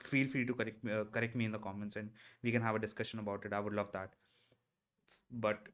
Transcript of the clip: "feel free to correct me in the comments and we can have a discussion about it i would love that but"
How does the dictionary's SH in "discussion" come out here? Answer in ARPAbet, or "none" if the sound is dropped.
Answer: SH